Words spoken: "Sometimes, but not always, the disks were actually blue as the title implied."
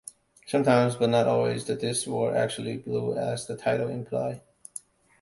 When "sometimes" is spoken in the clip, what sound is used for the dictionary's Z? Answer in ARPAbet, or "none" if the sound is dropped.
Z